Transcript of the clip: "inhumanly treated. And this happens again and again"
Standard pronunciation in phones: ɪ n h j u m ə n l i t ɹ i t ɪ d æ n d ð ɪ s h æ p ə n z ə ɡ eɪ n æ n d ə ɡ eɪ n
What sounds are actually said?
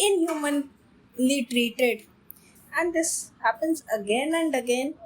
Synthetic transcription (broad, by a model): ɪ n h j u m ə n l i t ɹ i t ɪ d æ n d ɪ s h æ p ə n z ə ɡ eɪ n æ n d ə ɡ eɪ n